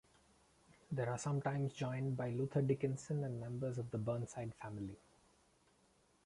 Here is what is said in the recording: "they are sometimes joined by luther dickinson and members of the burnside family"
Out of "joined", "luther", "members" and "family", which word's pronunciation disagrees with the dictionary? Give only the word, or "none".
luther